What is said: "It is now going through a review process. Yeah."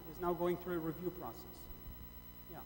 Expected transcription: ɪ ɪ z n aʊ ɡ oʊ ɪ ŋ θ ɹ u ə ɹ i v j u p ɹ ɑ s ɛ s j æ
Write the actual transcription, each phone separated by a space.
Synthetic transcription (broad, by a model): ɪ ɪ z n aʊ ɡ oʊ ɪ ŋ θ ɹ u ə ɹ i v j u p ɹ ɑ s ɛ s j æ